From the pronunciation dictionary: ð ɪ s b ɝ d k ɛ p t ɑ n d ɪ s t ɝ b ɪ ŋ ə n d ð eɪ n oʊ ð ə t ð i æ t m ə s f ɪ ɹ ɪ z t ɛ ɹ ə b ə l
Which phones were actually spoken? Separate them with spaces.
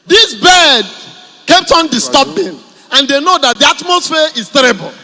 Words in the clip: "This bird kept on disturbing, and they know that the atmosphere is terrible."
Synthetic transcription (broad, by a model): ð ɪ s b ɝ d k ɛ p t ɑ n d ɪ s t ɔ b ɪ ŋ ə n d eɪ n oʊ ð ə t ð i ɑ t m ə s f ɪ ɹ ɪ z t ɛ ɹ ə b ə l